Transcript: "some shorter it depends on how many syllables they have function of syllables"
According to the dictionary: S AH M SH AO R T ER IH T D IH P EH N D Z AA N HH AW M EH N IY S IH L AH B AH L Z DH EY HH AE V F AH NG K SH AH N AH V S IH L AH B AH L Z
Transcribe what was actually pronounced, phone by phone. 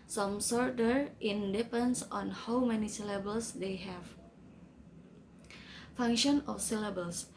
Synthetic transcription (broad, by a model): S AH M S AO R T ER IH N D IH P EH N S AA N HH AW M EH N IY S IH L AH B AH L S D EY HH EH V F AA NG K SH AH N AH F S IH L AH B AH L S